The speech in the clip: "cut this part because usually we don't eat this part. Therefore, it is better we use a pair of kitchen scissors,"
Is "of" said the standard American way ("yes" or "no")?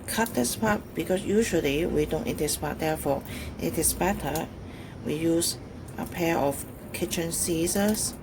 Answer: no